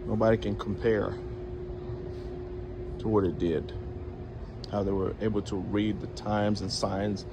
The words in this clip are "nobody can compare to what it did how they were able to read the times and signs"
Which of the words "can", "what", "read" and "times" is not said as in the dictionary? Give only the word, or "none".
none